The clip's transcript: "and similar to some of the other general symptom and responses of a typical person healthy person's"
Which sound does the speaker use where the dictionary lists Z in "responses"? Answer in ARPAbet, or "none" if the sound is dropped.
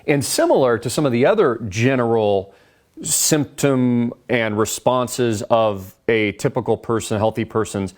Z